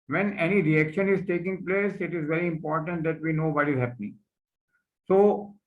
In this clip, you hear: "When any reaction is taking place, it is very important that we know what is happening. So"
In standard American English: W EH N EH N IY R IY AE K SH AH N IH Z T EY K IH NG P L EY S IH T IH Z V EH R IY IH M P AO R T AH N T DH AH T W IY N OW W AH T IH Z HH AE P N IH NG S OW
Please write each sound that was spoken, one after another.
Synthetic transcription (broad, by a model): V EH N EH N IY R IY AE K SH AH N IH Z T EY K IH NG P L EY S IH T IH Z V EH R IY IH M P AO R T AH N T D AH T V IY N OW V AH T IH Z HH AE P N IH NG S OW